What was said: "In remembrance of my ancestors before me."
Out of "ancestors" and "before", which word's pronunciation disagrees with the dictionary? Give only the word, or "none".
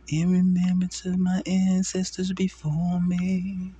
none